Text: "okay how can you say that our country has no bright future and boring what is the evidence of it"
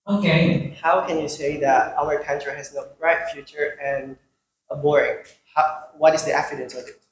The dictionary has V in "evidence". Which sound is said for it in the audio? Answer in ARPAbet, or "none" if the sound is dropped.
F